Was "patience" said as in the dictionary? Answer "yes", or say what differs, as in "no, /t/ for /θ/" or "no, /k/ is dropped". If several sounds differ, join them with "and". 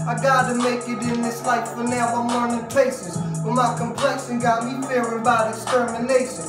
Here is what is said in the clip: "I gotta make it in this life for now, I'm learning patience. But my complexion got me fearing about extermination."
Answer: no, /s/ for /ʃ/